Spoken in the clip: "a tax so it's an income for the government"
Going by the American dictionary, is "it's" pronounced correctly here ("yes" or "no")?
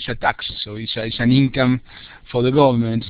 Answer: no